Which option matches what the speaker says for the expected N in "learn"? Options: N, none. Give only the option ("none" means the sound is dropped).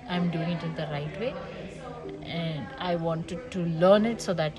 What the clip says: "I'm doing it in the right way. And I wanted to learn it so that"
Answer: N